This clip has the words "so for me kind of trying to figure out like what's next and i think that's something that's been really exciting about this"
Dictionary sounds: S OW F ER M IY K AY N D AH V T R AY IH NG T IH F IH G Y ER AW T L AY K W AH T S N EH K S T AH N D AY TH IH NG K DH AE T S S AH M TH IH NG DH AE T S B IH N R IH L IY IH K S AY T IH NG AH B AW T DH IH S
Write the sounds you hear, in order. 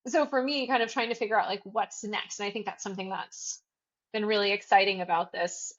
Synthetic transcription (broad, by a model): S OW F ER M IY K AY N D AH V T R AY IH NG T IH F IH G Y ER AW T L AY K W AH T S N EH K S T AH N AY TH IH NG K DH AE T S S AH M TH IH NG DH AE T S B IH N R IH L IY IH K S AY T IH NG AH B AW T DH IH S